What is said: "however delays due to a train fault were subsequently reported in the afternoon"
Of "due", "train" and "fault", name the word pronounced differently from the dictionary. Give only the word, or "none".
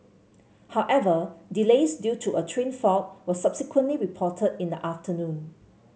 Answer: fault